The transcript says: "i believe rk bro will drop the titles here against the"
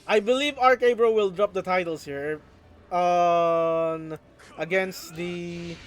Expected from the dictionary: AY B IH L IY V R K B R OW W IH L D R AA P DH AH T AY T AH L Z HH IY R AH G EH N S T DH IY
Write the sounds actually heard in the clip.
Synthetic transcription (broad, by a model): AY B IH L IY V R K B R OW W IH L D R AA P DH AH T AY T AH L S HH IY R AH G EH N S T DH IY